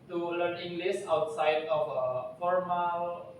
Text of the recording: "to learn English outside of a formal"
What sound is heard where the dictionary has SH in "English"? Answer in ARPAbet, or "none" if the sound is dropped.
S